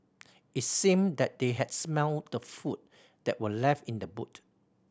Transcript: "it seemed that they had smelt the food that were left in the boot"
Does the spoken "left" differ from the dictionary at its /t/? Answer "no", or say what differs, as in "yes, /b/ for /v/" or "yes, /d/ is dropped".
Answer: no